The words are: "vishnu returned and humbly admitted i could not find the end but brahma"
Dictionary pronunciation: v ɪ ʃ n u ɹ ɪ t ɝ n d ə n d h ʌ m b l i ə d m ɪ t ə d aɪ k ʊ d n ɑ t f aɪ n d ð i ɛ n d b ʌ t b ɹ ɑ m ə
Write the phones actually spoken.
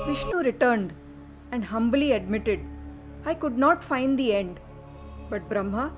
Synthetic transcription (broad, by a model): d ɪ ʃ n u ɹ ɪ t ɝ n d ə n d h ʌ m b l i ə d m ɪ t ə d aɪ k ʊ d n ɑ t f aɪ n d i ɛ n d b ʌ t b ɹ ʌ m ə